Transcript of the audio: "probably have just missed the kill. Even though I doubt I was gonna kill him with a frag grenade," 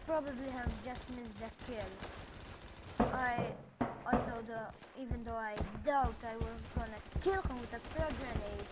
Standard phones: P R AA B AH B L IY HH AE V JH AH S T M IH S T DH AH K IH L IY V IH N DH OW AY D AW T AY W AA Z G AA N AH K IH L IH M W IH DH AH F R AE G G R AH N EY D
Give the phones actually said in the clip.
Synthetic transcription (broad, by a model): P R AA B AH B L IY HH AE V JH AH S T M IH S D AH K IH L IY V IH N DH OW AY D AW T AY W AA Z G AA N AH K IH L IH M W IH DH AH P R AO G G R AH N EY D